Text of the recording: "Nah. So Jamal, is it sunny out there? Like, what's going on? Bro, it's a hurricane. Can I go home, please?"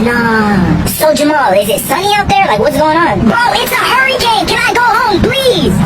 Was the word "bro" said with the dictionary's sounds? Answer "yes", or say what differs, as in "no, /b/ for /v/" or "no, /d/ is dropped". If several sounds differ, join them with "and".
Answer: no, /ɹ/ is dropped